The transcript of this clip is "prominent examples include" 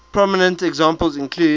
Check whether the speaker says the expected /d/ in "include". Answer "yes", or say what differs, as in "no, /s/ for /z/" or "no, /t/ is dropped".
no, /d/ is dropped